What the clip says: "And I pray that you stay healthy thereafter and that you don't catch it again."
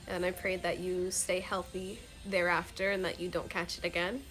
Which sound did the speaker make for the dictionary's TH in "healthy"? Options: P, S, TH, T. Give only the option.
TH